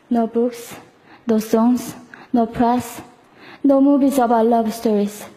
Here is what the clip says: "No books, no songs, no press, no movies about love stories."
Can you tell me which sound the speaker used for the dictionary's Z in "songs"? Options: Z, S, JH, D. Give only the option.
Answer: S